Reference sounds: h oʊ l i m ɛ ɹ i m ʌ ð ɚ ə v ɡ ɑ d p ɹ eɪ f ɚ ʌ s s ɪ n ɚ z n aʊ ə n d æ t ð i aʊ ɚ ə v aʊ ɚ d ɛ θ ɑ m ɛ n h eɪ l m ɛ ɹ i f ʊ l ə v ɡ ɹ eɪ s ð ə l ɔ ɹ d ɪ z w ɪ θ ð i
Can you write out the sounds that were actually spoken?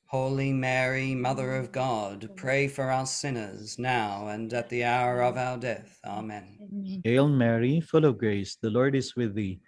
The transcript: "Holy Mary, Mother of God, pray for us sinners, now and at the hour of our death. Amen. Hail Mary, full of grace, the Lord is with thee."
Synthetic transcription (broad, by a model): h oʊ l i m ɛ ɹ i m ʌ ð ɚ ə v ɡ ɑ d p ɹ eɪ f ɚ ʌ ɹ s ɪ n ɚ z n aʊ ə n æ t ð i aʊ ɚ ə v aʊ ɚ d ɛ θ ɑ m ɛ n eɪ l m ɛ ɹ i f ʊ l ə v ɡ ɹ eɪ s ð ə l ɔ ɹ d ɪ z w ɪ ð i